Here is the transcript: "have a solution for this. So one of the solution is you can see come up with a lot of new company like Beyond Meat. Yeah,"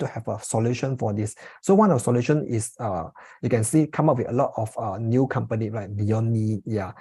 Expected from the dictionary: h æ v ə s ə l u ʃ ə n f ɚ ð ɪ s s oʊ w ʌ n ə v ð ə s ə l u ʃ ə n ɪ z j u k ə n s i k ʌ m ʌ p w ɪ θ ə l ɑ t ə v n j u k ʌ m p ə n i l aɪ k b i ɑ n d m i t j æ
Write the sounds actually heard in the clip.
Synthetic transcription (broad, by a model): h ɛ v ə s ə l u ʃ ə n f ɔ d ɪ s s oʊ w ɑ n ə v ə s ə l u ʃ ə n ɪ s j u k ə n s i k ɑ m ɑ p w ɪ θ ə l ɑ t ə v n j u k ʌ m p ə n i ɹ aɪ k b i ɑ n i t j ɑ